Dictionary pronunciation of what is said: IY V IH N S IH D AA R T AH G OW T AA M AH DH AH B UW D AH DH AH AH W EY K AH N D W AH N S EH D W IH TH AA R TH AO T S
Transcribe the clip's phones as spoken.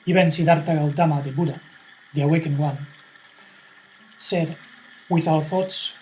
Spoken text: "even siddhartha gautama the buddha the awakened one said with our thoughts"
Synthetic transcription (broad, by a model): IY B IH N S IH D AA R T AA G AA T AA M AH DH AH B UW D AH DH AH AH W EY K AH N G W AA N S EH D W IH TH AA L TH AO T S